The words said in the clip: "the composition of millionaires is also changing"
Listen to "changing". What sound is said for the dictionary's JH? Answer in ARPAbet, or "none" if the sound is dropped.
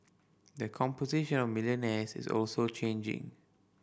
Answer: JH